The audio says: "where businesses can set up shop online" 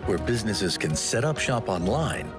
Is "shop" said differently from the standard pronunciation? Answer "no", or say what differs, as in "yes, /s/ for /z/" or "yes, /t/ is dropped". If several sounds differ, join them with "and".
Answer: no